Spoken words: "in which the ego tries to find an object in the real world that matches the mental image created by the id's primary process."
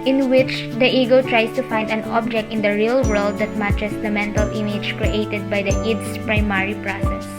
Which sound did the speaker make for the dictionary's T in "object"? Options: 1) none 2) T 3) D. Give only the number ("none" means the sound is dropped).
2